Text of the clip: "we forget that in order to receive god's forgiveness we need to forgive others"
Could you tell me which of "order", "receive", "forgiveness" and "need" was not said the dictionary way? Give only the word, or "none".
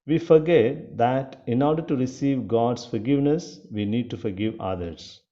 none